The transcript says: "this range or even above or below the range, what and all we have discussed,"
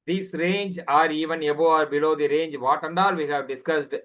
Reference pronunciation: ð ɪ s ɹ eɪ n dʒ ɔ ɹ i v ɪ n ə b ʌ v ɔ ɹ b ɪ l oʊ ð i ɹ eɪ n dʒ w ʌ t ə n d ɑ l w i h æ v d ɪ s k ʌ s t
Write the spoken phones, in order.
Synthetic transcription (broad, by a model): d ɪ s ɹ eɪ n dʒ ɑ ɹ i v ɪ n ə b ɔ ɑ ɹ b ɪ l oʊ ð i ɹ eɪ n dʒ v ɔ t ə n d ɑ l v i h æ v d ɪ s k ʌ s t